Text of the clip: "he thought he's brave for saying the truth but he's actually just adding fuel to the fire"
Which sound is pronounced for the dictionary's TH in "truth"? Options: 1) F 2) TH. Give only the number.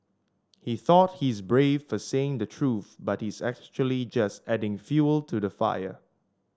2